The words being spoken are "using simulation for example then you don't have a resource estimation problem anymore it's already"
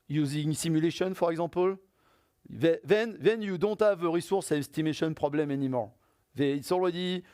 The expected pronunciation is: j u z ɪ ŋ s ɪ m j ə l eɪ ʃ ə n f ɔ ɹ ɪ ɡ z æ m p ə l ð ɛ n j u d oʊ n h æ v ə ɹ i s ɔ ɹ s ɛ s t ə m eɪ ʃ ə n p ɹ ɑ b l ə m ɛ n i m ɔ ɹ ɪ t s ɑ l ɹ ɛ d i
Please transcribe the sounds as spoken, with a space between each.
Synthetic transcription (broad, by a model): j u z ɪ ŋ s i m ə l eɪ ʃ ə n f ɔ ɹ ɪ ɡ z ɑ p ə l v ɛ n j u d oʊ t h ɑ v ə ɹ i s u ɹ s ɛ s t ə m eɪ ʃ ə n p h ɑ b l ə m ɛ n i m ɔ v ɪ t s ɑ l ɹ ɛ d i